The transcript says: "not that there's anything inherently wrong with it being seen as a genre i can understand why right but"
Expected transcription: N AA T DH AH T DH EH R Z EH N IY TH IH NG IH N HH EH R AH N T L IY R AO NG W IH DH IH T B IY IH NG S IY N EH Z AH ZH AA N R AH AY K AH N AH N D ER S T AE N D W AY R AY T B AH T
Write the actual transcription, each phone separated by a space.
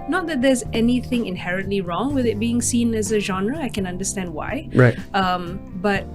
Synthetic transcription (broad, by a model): N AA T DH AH T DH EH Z EH N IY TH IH NG IH N HH EH R AH N T L IY R AO NG W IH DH IH T B IY IH NG S IY N EH Z AH ZH AA N R AH AY K AH N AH N D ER S T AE N D W AY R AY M B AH T